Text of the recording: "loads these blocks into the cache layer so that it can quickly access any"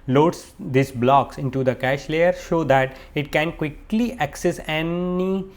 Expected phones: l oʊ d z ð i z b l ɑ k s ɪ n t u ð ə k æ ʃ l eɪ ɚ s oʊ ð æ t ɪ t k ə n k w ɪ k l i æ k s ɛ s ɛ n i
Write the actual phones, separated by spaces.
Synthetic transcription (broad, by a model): l oʊ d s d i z b l ɑ k s ɪ n t u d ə k æ ʃ l eɪ ɚ ʃ oʊ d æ t ɪ t k ə n k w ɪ k l i æ k s ɛ s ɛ n i